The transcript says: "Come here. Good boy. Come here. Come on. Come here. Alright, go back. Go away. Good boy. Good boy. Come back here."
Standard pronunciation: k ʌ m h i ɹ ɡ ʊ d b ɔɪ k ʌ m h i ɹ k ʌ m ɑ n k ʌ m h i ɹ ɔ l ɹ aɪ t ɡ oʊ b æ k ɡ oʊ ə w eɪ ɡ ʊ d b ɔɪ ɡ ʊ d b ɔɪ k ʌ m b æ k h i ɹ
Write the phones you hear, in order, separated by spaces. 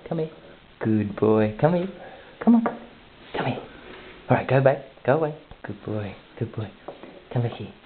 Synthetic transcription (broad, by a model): k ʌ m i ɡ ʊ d b ɔɪ k ʌ m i k ʌ m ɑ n k ʌ m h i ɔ ɹ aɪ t ɡ oʊ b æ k ɡ oʊ ə w eɪ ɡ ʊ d b ɔɪ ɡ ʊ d b ɔɪ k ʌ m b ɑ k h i